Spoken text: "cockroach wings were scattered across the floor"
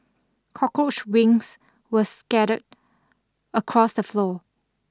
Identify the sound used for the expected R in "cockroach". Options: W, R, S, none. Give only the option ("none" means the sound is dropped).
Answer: none